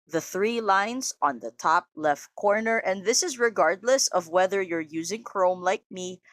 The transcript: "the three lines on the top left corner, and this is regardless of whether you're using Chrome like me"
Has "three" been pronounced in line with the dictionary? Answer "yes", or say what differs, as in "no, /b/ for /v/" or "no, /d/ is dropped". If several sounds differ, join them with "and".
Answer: yes